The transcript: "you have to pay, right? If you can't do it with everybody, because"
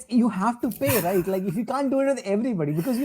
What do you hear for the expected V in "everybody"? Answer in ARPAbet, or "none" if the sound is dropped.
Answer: V